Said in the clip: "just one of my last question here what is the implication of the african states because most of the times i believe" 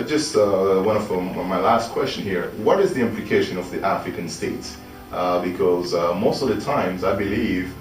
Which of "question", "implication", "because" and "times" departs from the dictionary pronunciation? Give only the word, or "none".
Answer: none